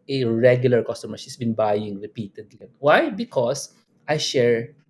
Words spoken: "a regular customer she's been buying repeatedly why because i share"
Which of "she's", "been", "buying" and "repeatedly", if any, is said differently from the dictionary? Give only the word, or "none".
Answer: she's